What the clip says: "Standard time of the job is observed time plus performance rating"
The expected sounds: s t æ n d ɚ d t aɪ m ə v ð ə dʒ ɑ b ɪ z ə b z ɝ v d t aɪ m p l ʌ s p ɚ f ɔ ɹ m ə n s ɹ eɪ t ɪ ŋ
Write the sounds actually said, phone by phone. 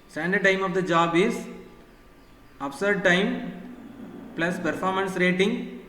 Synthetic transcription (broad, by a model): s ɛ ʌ n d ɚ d t aɪ m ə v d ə dʒ ɑ b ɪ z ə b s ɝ d t aɪ m p l ʌ s p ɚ f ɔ ɹ m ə n s ɹ eɪ t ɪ ŋ